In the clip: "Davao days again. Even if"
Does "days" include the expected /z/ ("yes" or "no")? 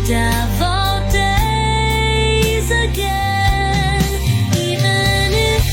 yes